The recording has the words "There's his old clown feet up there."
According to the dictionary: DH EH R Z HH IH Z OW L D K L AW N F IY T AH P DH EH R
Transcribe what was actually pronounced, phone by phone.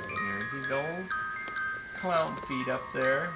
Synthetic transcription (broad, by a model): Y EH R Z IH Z OW L D K L AW N F IY T AH P DH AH R